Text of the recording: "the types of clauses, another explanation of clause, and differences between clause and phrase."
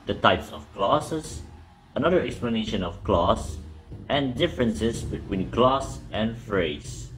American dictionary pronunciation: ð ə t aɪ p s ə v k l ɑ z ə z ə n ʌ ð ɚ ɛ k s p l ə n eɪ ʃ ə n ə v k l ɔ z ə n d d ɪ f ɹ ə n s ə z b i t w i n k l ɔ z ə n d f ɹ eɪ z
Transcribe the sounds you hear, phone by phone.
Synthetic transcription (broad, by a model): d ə t aɪ p s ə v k l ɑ s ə s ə n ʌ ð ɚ ɛ k s p l ə n eɪ ʃ ə n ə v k l ɔ s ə n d d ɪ f ɹ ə n s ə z b i t w i n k l ɔ s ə n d f ɹ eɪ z